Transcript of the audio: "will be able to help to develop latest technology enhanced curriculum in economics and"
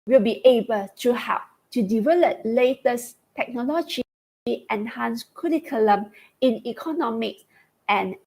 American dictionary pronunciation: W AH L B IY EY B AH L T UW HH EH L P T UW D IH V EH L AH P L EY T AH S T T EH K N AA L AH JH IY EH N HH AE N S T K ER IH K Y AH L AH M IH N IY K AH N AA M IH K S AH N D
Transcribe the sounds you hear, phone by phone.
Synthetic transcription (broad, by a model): W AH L B IY EY B AH L T UW HH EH P T UW D IH V EH L AH P L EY T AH S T T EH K N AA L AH JH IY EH N HH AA N S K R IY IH K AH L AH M IH N IY K AH N AA M IH K S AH N